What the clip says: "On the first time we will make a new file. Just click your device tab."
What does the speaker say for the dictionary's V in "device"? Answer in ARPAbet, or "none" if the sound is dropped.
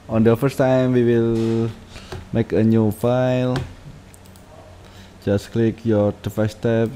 F